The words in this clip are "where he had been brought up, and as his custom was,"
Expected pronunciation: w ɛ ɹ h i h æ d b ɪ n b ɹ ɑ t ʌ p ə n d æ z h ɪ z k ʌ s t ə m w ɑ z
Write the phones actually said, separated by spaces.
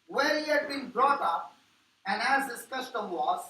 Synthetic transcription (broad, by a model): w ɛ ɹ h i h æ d b ɪ n b ɹ ɑ t ʌ p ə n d æ z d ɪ s k ʌ s t ə m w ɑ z